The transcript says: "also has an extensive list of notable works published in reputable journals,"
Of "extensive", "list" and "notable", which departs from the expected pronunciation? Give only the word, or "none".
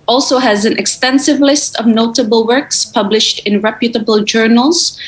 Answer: none